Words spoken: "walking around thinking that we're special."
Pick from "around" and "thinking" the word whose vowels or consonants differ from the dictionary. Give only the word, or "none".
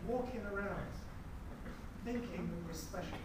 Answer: none